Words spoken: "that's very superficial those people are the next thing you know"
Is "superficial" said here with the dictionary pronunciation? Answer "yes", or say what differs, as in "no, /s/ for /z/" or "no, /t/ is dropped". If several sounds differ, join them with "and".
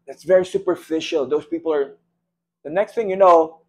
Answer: yes